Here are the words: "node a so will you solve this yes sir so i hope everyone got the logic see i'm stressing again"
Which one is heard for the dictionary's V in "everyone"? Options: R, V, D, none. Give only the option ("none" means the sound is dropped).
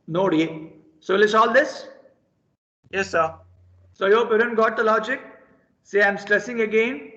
none